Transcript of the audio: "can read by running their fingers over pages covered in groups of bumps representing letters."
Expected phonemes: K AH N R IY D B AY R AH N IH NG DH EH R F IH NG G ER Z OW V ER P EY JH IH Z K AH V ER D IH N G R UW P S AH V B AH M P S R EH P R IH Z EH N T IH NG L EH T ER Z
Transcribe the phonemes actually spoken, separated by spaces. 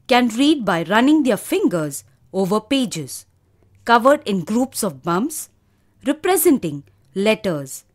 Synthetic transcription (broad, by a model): K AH N R IY D B AY R AH N IH NG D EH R F IH NG G ER Z OW V ER P EY JH IH Z K AH V ER D IH N G R UW P S AH V B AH M S R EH P R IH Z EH N T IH NG L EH T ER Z